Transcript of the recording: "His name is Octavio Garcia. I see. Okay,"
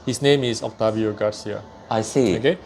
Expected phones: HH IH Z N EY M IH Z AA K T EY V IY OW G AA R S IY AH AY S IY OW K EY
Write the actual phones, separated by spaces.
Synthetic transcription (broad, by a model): HH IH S N EY M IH S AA K T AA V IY OW G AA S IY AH AY S IY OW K EY